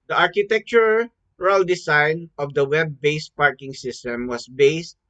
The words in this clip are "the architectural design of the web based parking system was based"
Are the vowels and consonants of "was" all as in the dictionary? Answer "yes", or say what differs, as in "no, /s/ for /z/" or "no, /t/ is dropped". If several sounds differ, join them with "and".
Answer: no, /s/ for /z/